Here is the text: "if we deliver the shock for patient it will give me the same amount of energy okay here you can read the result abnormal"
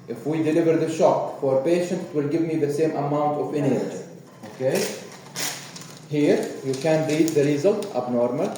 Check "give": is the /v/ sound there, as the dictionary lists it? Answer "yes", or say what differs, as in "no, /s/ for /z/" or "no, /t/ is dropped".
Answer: yes